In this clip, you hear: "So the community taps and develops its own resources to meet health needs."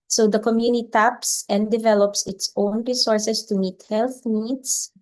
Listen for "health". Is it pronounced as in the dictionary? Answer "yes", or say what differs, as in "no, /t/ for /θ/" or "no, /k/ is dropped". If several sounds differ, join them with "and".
yes